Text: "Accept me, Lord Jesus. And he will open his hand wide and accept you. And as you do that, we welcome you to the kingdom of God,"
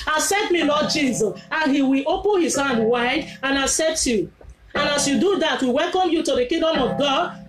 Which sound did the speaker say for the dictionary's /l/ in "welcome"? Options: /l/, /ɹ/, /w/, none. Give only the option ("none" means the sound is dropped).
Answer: /l/